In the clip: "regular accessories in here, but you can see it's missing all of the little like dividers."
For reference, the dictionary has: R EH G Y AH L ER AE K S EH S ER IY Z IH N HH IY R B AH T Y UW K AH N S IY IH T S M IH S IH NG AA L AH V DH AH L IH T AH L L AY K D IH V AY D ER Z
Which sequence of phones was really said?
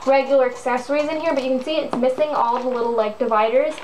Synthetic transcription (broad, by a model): R EH G Y L ER AE K S EH S ER IY Z IH N HH IY R B AH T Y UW K N S IY IH T S M IH S IH NG AA L DH AH L IH T L L AY K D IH V AY D ER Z